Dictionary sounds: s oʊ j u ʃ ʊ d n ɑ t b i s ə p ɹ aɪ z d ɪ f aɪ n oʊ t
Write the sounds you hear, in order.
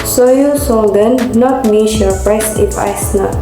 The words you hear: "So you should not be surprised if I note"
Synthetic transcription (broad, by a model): s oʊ j u s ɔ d n ɑ t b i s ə p ɹ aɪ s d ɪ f aɪ n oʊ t